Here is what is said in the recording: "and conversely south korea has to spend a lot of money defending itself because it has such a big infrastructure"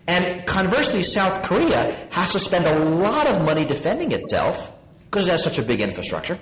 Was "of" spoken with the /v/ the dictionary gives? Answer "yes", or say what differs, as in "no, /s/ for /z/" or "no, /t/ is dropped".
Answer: yes